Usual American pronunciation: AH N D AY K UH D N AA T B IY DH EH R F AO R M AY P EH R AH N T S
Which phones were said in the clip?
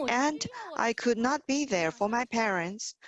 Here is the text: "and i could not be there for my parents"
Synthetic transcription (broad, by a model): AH N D AY K UH D N AA T B IY DH EH R F AO R M AY P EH R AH N T S